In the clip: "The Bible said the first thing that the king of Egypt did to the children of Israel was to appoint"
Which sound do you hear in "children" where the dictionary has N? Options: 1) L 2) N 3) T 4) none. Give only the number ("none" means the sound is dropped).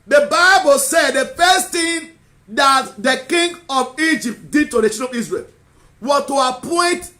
4